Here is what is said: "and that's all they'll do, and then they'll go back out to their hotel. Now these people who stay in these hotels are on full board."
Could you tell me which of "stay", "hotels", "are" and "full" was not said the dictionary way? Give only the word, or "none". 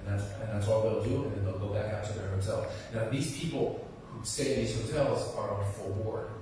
none